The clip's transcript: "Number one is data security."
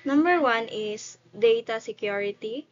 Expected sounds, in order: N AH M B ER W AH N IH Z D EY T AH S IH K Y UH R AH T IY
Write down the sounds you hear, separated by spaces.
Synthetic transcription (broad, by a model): N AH M B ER W AH N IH S D EY T AH S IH K Y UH R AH T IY